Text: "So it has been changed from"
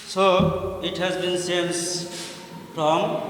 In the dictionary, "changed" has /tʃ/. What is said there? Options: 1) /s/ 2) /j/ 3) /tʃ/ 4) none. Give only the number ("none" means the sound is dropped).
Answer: 1